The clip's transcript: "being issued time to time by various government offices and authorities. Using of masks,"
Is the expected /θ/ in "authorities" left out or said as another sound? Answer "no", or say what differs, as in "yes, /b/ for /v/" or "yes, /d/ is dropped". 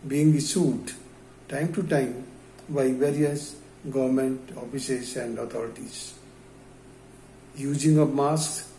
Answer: yes, /t/ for /θ/